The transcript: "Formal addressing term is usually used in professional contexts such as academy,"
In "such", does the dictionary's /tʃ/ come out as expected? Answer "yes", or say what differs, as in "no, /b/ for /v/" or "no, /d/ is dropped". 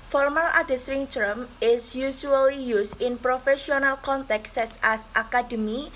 no, /s/ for /tʃ/